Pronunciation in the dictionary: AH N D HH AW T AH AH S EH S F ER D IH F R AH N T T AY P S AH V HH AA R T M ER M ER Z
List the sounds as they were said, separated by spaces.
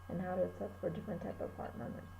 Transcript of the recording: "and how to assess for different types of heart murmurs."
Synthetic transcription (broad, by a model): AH N HH AW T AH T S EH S F ER D IH F R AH N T T AY P AH V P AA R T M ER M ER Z